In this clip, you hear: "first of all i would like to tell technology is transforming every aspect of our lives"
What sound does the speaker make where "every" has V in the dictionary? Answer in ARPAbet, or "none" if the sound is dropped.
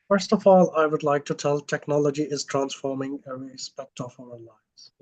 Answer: none